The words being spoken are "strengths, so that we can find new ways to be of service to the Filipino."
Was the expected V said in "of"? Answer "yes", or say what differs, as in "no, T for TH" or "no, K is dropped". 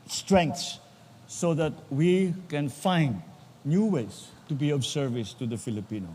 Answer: no, B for V